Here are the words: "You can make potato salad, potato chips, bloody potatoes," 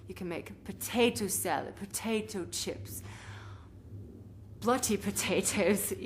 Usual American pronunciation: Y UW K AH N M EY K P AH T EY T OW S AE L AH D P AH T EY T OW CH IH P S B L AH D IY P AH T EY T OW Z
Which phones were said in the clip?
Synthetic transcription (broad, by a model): Y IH K AH N M EY K P AH T EY T OW S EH L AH P AH T EY T OW CH IH P S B L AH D IY P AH T EY T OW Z